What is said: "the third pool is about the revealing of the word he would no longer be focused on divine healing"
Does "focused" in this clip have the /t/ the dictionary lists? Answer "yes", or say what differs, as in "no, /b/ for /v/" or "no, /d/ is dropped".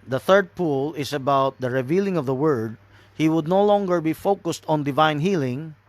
yes